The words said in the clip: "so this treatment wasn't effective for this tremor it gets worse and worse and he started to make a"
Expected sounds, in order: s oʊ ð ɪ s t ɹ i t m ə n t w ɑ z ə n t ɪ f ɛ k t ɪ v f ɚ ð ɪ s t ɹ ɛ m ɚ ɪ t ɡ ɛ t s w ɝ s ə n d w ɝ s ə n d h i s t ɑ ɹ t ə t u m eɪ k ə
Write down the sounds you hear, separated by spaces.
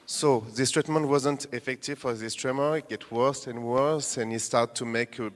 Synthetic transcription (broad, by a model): s oʊ ð ɪ s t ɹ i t m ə n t w ɑ z ə n t ɪ f ɛ k t ɪ v f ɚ ð ɪ s t ɹ ɛ m ɚ ɪ t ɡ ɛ t w ɝ s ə n w ɝ s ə n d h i s t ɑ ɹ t t u m eɪ k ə